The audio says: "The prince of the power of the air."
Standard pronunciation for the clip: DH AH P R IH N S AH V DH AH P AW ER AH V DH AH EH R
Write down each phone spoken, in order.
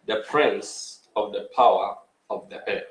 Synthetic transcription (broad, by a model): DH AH P R IH N S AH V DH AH P AW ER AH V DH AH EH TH